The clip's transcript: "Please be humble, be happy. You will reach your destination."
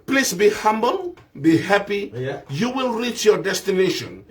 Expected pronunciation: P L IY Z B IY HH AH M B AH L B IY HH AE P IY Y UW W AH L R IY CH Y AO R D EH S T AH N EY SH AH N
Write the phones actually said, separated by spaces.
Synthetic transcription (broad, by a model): P L IY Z B IY HH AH M B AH L B IY HH AE P IY Y UW W AH L R IY CH Y AO R D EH S T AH N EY SH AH N